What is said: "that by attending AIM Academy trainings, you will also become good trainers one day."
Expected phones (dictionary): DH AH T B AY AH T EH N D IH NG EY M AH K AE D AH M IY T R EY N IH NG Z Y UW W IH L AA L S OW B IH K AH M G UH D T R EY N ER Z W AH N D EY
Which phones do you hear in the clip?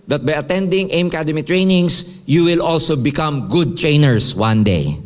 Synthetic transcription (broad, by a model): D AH T B AY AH T EH N D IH NG EY M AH K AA D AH M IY T R EY N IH NG S Y UW W IH L AA L S OW B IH K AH M G UH D T R EY N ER S W AH N D EY